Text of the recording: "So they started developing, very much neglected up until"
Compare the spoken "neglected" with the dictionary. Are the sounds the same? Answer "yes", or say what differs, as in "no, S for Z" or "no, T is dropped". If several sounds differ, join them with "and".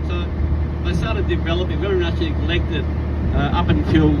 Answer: no, L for N